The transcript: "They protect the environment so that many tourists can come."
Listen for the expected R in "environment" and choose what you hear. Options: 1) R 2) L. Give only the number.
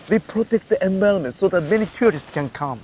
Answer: 2